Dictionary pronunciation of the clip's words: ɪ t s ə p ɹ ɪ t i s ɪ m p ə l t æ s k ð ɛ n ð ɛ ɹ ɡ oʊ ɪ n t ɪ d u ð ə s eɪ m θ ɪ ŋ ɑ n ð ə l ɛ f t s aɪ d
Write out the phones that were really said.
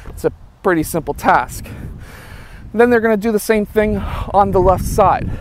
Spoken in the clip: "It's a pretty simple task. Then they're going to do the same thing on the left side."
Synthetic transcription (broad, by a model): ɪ t s ə p ɹ ɪ t i s ɪ m p l t æ s k ð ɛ n ð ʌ ɹ ɡ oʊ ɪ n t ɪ d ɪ ð ə s eɪ m θ ɪ ŋ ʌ n ð ə l ɛ f t s aɪ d